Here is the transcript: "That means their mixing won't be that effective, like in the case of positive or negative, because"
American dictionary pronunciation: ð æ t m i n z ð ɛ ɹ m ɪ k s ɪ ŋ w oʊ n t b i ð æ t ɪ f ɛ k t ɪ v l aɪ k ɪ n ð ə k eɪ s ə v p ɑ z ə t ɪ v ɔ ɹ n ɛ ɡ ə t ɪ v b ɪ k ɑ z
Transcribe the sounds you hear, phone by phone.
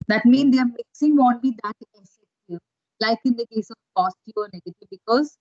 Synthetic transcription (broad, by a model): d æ t m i n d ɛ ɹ m ɪ k s ɪ ŋ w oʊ n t b i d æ t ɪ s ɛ t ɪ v l aɪ k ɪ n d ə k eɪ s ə p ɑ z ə t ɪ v ɔ ɹ n ɛ ɡ ə t ɪ v b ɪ k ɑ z